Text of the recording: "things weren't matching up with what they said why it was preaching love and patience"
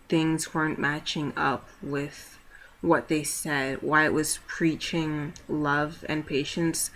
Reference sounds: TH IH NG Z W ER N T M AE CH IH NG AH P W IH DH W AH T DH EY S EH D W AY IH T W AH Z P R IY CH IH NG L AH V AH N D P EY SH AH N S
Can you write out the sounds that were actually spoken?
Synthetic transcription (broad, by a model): TH IH NG Z W ER N M AE CH IH NG AH P W IH DH W AH T DH EY S EH D W AY IH T W AH Z P R IY CH IH NG L AH V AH N P EY SH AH N S